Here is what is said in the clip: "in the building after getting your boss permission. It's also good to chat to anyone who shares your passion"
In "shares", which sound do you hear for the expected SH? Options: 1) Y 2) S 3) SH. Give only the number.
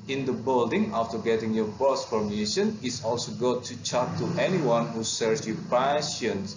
2